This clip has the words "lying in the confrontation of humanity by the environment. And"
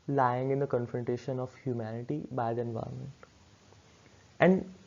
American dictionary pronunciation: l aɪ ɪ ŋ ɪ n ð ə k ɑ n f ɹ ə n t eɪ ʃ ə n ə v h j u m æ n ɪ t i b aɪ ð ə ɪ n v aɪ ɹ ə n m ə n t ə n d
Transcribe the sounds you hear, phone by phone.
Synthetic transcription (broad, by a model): l aɪ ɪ ŋ ɪ n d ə k ɑ n f ɹ ə n t eɪ ʃ ə n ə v h j u m æ n ɪ t i b aɪ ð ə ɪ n v aɪ ə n m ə n t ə n d